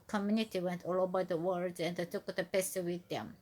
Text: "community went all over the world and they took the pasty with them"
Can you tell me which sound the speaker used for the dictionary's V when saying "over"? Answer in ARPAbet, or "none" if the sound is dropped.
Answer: B